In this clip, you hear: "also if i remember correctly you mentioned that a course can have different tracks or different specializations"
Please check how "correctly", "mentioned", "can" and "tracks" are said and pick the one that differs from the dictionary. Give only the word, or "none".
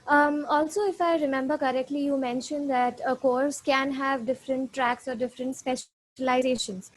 none